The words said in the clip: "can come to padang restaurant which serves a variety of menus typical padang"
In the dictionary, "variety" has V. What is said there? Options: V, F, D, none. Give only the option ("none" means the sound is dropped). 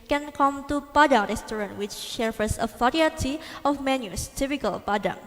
F